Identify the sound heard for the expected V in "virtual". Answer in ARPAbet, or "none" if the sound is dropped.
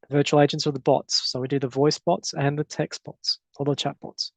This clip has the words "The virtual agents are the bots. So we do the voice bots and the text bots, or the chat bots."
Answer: V